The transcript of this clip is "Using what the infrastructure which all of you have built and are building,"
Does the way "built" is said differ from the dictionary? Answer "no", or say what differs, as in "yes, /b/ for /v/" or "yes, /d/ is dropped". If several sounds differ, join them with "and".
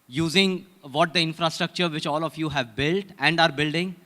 no